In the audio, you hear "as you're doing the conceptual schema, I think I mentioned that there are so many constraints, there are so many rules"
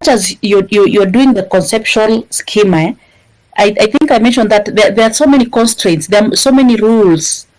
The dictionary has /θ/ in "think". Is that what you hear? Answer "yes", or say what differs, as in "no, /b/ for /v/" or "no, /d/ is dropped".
yes